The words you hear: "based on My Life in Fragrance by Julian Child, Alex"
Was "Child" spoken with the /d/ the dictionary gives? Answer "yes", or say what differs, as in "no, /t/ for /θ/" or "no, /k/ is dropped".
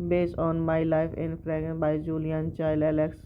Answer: no, /d/ is dropped